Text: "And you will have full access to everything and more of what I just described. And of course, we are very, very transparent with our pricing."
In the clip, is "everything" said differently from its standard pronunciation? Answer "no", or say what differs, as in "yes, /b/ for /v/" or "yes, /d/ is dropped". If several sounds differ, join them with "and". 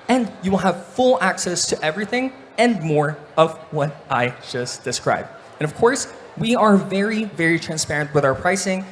no